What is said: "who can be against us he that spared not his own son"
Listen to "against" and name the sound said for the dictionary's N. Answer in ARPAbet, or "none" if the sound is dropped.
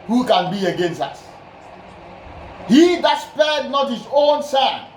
N